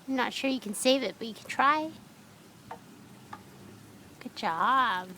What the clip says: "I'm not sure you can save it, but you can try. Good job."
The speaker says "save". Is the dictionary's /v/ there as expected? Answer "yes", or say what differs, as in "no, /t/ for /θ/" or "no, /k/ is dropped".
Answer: yes